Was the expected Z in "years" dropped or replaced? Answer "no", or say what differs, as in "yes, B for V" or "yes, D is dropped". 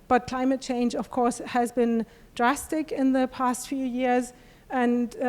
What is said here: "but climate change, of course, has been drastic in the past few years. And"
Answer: no